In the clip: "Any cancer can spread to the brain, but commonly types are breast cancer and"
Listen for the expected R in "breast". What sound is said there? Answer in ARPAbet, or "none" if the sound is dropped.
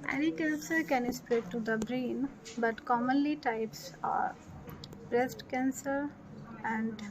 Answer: R